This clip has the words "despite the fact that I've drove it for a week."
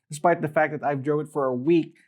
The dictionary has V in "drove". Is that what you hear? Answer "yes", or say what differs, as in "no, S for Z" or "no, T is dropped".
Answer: no, V is dropped